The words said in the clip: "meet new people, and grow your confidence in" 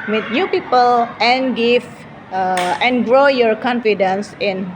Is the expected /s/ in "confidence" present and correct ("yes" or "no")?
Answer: yes